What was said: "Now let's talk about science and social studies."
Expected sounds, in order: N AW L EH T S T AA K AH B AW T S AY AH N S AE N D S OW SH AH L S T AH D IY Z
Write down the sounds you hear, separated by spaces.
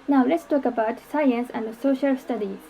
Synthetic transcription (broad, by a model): N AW L EH T S T AA K AH B AW T S AY AH N S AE N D S OW SH AH L S T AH D IY